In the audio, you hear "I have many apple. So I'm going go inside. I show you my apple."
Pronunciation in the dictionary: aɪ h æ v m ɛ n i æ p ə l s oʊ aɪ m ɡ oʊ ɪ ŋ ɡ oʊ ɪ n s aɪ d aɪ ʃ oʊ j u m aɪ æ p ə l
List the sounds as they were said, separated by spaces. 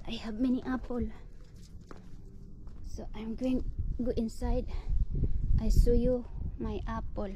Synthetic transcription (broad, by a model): aɪ h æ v m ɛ n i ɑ p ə l s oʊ aɪ m ɡ oʊ ɪ ŋ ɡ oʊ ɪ n s aɪ d aɪ s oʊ j u m aɪ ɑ p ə l